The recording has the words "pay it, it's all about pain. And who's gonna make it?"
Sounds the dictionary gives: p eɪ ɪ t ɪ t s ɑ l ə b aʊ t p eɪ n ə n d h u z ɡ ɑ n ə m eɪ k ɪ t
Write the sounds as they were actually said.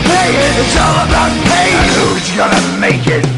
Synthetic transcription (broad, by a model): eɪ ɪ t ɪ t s ɑ l ə b aʊ t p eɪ ə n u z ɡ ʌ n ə m eɪ k ɪ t